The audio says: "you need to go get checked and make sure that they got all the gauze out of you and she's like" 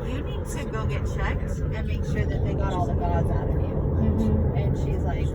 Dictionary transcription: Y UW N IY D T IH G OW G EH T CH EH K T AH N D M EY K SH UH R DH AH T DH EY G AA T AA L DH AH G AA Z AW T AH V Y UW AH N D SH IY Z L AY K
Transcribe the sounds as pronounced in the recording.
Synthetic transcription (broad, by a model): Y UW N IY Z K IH G OW G EH T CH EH K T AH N M EY K SH UH R DH AH T DH EY G AA T AA L DH AH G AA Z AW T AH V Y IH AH N SH IY Z L AY K